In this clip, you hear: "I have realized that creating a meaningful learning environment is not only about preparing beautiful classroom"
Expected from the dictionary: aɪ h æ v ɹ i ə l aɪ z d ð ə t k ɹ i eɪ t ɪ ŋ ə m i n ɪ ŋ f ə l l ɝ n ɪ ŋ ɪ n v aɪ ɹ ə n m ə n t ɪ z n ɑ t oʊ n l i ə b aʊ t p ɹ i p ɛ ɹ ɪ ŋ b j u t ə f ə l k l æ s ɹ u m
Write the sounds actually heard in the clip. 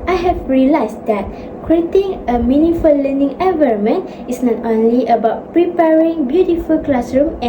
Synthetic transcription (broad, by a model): aɪ h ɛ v ɹ i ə l aɪ s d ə t k ɹ i eɪ t ɪ ŋ ə m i n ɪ f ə l l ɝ n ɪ ŋ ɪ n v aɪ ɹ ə m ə n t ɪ s n ɑ t oʊ n l i ə b aʊ t p ɹ i p ɛ ɹ ɪ ŋ b j u t ə f ə l k l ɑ s ɹ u m